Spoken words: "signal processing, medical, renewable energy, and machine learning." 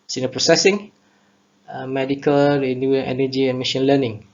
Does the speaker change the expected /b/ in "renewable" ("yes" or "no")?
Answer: yes